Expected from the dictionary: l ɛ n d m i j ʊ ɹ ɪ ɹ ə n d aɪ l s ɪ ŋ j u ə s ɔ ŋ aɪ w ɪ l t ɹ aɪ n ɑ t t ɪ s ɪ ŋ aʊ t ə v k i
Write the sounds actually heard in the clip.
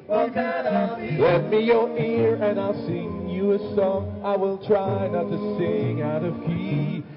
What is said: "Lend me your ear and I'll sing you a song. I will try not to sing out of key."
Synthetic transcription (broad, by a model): l ɛ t m i j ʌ ɹ ɪ ɹ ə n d aɪ l s ɪ ŋ j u ə s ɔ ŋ aɪ w ɪ l t ɹ aɪ n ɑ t t ɪ s ɪ ŋ aʊ t ə v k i